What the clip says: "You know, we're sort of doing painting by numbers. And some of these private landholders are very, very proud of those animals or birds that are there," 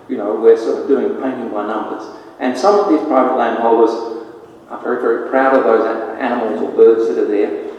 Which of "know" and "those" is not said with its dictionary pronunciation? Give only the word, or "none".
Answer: none